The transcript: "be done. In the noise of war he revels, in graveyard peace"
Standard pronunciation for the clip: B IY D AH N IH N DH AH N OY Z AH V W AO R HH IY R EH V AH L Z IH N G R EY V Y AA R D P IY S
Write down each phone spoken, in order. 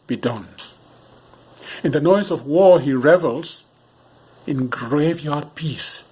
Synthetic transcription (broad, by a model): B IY D AH N IH N DH AH N OY Z AH V W AO R HH IY R EH V AH L Z IH N G R EY V Y AA R D P IY S